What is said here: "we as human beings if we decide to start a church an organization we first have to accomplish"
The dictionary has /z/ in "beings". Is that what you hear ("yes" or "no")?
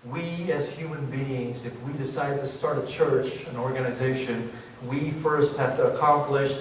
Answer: yes